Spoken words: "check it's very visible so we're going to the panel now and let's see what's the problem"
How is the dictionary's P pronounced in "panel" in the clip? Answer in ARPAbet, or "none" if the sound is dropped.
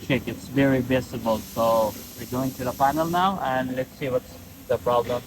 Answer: F